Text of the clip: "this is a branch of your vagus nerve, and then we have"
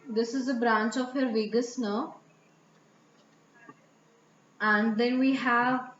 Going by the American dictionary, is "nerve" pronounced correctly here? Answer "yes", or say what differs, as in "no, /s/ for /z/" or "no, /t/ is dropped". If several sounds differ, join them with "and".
no, /v/ is dropped